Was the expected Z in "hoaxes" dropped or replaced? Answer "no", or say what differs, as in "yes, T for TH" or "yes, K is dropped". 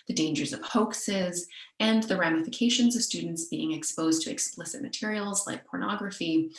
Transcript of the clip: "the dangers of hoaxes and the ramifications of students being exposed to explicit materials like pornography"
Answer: no